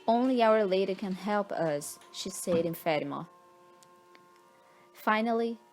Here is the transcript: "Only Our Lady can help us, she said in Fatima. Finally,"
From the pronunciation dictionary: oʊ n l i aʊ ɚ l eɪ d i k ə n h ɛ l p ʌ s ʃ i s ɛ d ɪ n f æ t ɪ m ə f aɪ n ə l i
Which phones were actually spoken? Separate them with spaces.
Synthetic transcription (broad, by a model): oʊ n l i aʊ ɚ l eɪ d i k ə n h ɛ l p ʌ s ʃ i s ɛ d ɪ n f æ t ɪ m ə f aɪ n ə l i